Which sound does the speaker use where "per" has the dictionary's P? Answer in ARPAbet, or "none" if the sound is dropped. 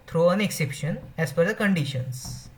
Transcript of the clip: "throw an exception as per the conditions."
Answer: F